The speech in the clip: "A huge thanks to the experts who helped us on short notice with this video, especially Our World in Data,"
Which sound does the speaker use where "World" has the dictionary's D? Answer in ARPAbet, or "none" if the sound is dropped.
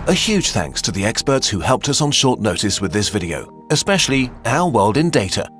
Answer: D